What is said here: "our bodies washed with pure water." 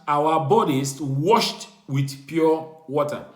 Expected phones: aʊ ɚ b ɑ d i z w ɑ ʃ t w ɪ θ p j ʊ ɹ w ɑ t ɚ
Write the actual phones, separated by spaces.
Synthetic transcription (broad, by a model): aʊ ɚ b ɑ d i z w ɑ ʃ t w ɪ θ p j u w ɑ t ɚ